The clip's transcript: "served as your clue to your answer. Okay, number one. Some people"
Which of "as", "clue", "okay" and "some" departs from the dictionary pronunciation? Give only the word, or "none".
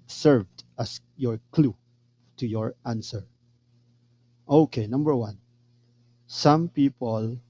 as